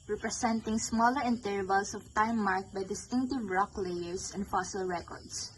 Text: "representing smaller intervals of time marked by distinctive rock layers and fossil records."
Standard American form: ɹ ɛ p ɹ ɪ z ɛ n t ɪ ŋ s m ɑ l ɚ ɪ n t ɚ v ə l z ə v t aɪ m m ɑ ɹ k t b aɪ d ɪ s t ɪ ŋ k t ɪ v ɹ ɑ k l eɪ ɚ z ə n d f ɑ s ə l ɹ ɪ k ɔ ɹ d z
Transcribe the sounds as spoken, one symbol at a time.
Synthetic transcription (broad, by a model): ɹ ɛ p ɹ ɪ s ɛ n t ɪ ŋ s m ɑ l ɚ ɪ n t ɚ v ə l s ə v t aɪ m m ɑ ɹ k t b aɪ d ɪ s t ɪ ŋ k t ɪ v ɹ ɑ k l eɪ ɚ s ə n d f ɑ s ə l ɹ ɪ k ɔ ɹ d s